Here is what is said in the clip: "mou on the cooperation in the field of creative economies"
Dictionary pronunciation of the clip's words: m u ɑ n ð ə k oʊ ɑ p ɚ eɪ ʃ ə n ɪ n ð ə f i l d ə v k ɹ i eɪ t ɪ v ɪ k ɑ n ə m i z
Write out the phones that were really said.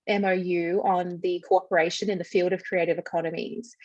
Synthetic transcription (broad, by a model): m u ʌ n ð ə k oʊ ɑ p ɚ eɪ ʃ ə n ɪ n ð ə f i l d ə v k ɹ i eɪ t ɪ v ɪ k ɑ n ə m i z